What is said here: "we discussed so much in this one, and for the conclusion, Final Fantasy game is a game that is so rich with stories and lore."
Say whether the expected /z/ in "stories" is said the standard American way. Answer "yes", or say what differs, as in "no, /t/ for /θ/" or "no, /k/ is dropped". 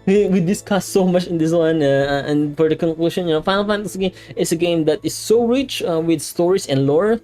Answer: no, /s/ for /z/